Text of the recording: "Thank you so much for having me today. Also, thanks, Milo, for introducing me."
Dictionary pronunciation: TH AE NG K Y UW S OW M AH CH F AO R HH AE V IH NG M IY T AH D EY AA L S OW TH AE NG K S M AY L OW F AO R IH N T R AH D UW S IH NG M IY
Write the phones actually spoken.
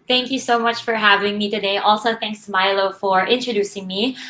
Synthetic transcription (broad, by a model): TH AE NG K Y UW S OW M AH CH F AO R HH AE V IH NG M IY T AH D EY AA L S OW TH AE NG K S M AY L OW F AO R IH N T R AH D UW S IH NG M IY